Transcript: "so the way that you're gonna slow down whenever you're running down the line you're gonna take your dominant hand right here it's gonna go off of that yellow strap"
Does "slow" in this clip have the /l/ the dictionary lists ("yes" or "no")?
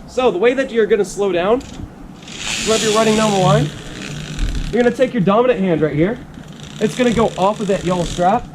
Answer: yes